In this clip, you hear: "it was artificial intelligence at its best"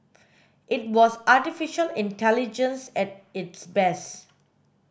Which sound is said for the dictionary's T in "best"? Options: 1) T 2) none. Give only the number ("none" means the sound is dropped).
2